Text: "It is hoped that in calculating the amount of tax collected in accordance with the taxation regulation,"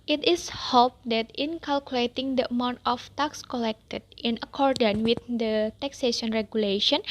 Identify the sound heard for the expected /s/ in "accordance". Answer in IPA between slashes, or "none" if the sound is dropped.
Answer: none